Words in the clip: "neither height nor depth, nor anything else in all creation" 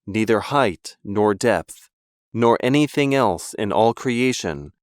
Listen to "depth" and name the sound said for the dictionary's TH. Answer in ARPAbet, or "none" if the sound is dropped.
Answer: TH